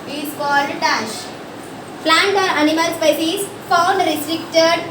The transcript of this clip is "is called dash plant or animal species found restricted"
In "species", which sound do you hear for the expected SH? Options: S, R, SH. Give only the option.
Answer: S